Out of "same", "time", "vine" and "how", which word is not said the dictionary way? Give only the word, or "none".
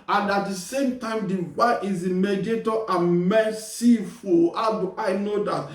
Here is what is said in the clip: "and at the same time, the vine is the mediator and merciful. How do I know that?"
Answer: vine